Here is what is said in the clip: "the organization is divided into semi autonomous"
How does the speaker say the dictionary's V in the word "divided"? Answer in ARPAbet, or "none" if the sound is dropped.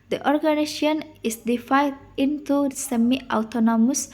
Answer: F